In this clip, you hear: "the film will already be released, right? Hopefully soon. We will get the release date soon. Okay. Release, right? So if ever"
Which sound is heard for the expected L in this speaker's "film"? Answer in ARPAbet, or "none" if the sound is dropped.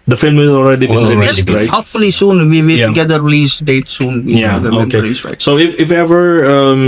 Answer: L